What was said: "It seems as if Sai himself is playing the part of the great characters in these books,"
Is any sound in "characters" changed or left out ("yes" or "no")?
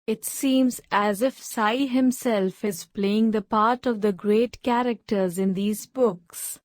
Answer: no